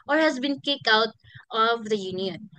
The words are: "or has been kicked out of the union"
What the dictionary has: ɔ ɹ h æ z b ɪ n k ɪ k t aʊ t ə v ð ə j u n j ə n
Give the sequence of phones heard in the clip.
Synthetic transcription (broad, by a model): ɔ ɹ h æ z b ɪ n k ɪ k aʊ t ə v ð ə j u n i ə n